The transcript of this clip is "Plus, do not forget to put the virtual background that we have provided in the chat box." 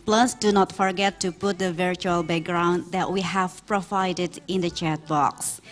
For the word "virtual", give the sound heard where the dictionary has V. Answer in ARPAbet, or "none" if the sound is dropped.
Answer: V